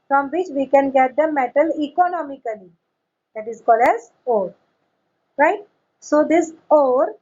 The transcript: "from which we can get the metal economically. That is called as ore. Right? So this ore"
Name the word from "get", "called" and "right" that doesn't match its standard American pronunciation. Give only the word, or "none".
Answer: none